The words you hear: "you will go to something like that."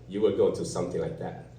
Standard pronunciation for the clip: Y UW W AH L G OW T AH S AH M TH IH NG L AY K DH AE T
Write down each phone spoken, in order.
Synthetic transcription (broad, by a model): Y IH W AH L G OW T AH S AH M TH IH NG L AY K DH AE T